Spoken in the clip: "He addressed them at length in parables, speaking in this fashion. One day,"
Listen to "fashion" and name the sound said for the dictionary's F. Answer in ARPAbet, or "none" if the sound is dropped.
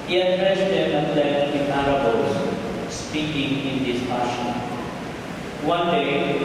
P